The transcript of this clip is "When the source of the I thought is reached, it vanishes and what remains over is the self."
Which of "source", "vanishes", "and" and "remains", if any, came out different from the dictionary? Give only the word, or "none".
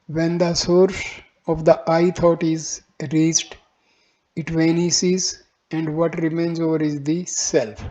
vanishes